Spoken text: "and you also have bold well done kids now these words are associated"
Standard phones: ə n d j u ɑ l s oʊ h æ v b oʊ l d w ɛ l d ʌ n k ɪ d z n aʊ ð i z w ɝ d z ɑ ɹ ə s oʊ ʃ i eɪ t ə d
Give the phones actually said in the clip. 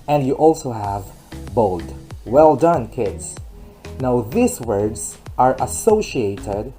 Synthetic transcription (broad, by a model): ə n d j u ɑ l s oʊ h æ v b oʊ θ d w ɛ l d ʌ n k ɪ d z n aʊ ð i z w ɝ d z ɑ ɹ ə s oʊ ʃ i eɪ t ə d